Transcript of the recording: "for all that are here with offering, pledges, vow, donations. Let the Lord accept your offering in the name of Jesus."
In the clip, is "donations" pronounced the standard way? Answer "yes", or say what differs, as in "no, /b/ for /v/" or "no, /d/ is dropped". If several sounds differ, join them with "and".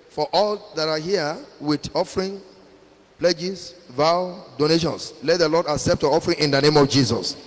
no, /s/ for /z/